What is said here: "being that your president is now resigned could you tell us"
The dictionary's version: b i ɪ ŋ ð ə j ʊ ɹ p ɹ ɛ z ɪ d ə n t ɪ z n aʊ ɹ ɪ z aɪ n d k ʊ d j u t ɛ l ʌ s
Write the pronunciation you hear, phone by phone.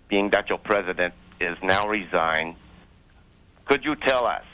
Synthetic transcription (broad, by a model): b i ɪ ŋ ð ə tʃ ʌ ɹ p ɹ ɛ z ɪ d ə n t ɪ z n aʊ ɹ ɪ z aɪ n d k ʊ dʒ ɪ t ɛ l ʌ s